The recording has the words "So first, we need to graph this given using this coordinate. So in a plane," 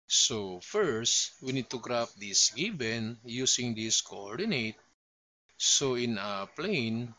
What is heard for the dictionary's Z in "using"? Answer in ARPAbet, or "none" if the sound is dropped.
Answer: S